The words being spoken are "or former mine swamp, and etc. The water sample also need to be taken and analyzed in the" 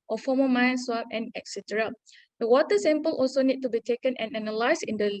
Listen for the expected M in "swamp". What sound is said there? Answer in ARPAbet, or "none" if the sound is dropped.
none